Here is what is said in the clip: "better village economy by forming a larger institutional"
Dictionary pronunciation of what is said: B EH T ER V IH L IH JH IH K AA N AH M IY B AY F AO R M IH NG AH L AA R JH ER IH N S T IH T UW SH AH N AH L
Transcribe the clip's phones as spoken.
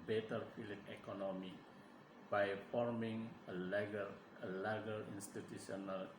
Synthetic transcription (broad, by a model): B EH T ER F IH L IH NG IH K AA N AH M IY B AY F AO R M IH NG AH L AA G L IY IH N S T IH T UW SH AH N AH L